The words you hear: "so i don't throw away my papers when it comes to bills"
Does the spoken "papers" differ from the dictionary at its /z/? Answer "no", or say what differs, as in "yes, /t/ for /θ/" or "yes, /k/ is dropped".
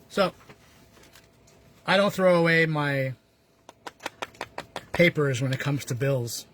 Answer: no